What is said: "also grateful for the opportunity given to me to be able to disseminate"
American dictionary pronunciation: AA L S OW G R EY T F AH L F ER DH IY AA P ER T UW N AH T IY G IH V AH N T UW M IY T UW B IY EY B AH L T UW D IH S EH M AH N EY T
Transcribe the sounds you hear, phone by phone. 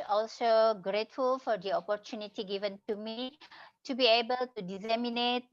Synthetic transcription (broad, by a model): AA L S OW G R EY T F AH L F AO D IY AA P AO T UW N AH T IY G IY V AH N T UW M IY T UW B IY EY B AH L T UW D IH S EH M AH N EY T